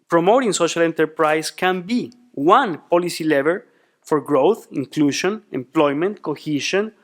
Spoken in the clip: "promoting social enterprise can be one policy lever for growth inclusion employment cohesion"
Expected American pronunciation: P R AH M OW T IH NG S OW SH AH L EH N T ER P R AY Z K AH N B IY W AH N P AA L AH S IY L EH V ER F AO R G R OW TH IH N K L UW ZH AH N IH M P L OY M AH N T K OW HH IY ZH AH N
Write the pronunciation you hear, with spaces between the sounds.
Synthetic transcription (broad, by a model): P R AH M OW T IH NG S OW SH AH L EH N T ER P R AY S K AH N B IY W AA N P AA L AH S IY L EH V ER F AO R G R OW TH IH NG K L UW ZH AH N IH M P L OY M AH N T K OW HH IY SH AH N